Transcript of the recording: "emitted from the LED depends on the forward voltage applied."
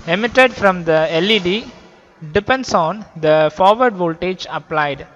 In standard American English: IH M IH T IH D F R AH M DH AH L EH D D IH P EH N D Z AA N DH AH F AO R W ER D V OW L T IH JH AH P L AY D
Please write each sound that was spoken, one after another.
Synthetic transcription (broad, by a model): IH M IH T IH D F R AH M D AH L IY D D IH P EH N D S AA N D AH F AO R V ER D V OW L T IH JH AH P L AY D